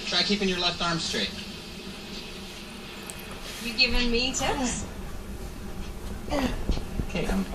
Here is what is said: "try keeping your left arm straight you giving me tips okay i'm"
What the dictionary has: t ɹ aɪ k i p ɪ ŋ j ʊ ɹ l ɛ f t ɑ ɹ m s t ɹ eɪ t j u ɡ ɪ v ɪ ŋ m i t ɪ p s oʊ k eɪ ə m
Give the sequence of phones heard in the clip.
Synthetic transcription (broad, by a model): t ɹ aɪ k i p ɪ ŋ j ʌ ɹ l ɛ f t ɑ ɹ m s t ɹ eɪ t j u ɡ ɪ v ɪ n m i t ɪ s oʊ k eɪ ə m